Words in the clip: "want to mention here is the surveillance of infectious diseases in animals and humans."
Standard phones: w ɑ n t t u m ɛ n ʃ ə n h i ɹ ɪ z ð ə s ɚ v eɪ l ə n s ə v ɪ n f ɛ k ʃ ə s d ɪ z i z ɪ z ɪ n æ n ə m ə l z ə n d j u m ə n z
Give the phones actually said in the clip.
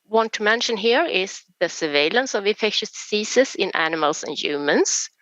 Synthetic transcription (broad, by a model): w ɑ n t t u m ɛ n ʃ ə n h i ɹ ɪ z ð ə s ɚ v eɪ l ə n s ə v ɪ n f ɛ k ʃ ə s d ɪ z i s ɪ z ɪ n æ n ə m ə l s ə n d j u m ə n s